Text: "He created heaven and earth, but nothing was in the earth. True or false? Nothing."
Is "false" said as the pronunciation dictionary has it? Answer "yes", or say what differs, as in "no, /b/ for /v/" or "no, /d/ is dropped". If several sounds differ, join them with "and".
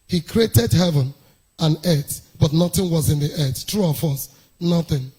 no, /l/ is dropped